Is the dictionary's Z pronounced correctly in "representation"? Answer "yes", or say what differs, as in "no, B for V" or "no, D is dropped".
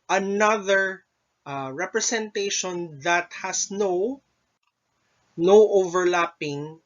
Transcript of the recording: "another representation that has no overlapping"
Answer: no, S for Z